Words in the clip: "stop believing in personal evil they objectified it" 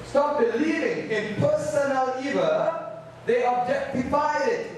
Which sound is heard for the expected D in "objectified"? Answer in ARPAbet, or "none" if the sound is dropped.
none